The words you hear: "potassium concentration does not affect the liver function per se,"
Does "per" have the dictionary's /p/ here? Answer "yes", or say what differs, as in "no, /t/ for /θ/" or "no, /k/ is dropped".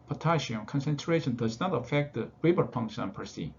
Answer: yes